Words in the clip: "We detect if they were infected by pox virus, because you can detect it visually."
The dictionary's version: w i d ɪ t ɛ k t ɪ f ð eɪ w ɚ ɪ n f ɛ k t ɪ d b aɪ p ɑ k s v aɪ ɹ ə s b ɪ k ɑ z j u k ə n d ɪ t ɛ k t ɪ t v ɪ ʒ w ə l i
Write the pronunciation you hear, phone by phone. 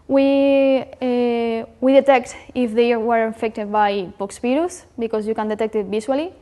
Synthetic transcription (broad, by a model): w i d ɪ t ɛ k t ɪ f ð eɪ w ɚ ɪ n f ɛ k t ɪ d b aɪ p ɑ k s p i ɹ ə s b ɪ k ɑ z j u k ə n d ɪ t ɛ k t ɪ t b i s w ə l i